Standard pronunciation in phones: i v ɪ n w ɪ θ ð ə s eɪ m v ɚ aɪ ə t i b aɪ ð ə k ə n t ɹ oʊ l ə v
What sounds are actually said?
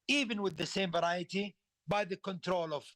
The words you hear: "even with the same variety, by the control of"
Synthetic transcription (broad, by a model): i v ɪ n w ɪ ð ə s eɪ m v ɚ aɪ ə t i b aɪ ð ə k ə n t ɹ oʊ l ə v